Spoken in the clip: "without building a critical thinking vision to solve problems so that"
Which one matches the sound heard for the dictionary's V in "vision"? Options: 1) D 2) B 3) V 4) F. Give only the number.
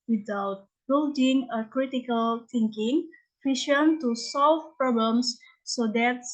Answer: 4